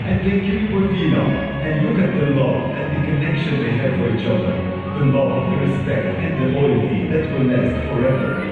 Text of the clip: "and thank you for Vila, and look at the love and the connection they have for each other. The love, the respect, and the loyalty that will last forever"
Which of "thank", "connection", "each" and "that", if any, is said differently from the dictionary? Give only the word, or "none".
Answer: thank